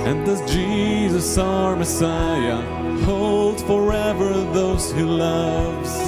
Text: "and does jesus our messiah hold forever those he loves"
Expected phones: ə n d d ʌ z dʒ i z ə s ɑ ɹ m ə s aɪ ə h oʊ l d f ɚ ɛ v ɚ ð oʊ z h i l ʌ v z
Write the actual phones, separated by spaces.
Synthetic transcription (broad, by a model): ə n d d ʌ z dʒ i z ə s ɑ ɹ m ə s aɪ ə h oʊ l d f ɚ ɛ v ɚ ð oʊ z h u l ʌ v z